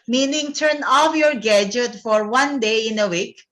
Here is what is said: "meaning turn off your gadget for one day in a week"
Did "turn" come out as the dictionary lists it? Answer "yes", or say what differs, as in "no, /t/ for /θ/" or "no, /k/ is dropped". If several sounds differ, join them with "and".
yes